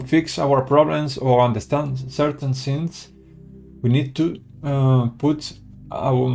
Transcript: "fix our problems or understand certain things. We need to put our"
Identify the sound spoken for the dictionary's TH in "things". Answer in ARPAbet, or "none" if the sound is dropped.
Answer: S